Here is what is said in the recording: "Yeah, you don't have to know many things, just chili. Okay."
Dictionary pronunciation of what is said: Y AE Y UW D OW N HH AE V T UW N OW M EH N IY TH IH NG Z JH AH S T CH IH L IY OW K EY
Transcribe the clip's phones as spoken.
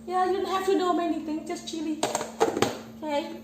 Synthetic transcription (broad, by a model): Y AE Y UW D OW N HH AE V T UW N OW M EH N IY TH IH NG JH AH S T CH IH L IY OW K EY